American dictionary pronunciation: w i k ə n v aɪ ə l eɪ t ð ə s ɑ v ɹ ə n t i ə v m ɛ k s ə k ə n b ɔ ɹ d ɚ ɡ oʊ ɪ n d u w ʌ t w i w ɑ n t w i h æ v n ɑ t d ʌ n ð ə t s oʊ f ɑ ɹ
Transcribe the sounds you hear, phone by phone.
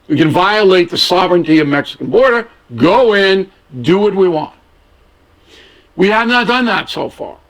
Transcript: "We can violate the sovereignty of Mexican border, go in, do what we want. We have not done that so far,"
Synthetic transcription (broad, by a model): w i k ə n v aɪ ə l eɪ t ð ə s ɑ v ɹ ə n t i ə v m ɛ k s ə k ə n b ɔ ɹ d ɚ ɡ oʊ ɪ n d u w ʌ t w i w ɑ n t w i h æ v n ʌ t d ʌ n ð ə t s oʊ f ɑ ɹ